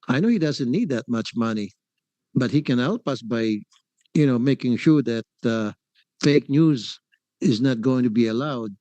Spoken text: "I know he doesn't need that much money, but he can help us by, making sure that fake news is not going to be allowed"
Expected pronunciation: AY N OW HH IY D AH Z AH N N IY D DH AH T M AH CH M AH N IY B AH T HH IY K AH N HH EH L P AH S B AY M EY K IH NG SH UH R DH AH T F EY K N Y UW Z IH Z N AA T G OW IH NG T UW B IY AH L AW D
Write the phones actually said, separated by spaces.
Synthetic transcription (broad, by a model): AY N OW HH IY D AH Z AH N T IY D DH AH T M AH CH M AH N IY B AH T HH IY K AH N HH EH L P AH S B AY M EY K IH NG SH UH R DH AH T F EY K N Y UW Z IH Z N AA T G OW IH NG T UW B IY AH L AW D